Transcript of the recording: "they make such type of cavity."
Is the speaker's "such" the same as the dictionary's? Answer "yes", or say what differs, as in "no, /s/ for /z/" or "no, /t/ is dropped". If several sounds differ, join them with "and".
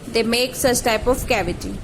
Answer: yes